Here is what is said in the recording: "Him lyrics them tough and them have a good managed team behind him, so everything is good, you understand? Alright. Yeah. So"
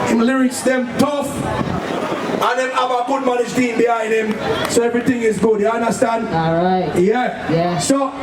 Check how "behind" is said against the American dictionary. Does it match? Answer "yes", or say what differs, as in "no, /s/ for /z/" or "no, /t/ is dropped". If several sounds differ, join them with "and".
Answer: no, /d/ is dropped